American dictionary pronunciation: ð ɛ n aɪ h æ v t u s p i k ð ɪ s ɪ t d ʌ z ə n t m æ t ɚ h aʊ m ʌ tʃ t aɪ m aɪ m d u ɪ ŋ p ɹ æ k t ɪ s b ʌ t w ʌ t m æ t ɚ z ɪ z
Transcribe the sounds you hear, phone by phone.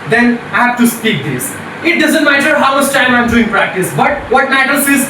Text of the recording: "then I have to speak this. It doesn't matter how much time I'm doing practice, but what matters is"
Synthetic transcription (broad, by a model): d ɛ n aɪ h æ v t u s p i k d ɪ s ɪ t d ʌ z ə n t m æ t ɚ h aʊ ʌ s t aɪ m aɪ m d u ɪ ŋ p ɹ æ k t ɪ s b ʌ t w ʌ t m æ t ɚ s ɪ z